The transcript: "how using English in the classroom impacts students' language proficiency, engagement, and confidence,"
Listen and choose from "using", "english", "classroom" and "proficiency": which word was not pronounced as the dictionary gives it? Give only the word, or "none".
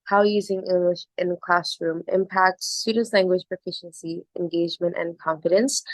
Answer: none